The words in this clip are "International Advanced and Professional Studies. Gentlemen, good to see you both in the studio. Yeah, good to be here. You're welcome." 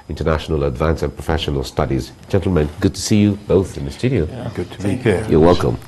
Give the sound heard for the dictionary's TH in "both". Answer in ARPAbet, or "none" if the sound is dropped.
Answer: TH